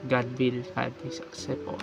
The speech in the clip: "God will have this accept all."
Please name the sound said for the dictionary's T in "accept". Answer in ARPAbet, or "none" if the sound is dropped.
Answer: none